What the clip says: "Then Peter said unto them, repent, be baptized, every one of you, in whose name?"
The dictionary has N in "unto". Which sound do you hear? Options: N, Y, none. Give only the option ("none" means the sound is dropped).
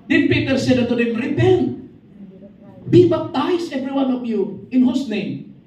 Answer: none